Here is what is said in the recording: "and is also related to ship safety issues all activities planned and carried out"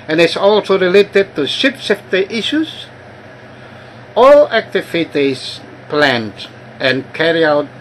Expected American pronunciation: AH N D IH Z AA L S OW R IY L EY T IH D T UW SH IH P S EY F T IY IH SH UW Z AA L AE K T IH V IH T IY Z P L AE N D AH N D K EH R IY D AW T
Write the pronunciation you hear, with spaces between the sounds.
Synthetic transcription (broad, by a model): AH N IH S AA L S OW R IY L EY T IH D T UW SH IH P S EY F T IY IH SH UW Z AA L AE K T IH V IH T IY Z P L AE N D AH N K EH R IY AW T